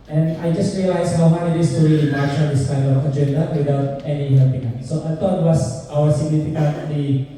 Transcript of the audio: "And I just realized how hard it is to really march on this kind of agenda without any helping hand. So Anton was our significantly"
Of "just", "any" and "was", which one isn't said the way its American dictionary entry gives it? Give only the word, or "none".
was